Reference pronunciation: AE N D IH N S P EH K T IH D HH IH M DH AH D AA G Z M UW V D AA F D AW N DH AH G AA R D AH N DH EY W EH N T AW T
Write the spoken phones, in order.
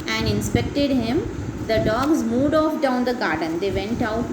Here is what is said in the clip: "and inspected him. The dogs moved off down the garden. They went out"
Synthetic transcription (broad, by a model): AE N D IH N S P EH K T IH D HH IH M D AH D AA G Z M UW V D AA F D AW N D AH G AA R D AH N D EY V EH N T AW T